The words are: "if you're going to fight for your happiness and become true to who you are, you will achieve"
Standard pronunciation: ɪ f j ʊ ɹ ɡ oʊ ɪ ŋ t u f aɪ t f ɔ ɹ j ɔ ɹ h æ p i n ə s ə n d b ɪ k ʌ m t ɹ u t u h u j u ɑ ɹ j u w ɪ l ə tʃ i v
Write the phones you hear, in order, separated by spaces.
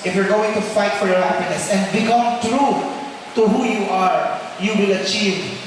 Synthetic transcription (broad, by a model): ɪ f j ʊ ɹ ɡ oʊ ɪ ŋ t u f aɪ t f ɔ ɹ j ɔ ɹ h æ p i n ə s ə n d b ɪ k ʌ m t ɹ u t u h u j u ɑ ɹ j u w ɪ l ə tʃ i v